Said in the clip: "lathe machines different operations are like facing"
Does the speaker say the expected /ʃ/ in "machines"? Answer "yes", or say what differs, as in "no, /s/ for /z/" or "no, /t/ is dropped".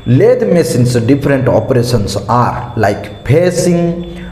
no, /s/ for /ʃ/